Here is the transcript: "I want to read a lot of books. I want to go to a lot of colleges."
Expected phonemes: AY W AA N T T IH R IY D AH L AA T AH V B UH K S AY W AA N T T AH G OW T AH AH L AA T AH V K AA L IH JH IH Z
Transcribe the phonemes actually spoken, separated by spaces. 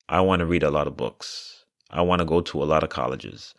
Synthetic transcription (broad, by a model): AY W AA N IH R IY D AH L AA T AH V B UH K S AY W AA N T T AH G OW T AH AH L AA T AH V K AA L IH JH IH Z